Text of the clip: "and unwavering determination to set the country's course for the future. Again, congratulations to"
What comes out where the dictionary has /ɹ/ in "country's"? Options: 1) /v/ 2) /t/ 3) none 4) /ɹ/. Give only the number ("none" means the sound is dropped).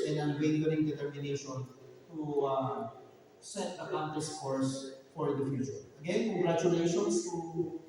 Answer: 3